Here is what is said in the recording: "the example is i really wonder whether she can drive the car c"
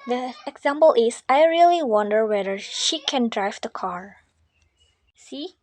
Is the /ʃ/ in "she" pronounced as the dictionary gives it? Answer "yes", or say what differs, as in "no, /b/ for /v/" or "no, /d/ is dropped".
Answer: yes